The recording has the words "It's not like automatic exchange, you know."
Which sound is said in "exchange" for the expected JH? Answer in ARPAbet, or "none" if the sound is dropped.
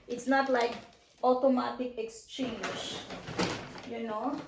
SH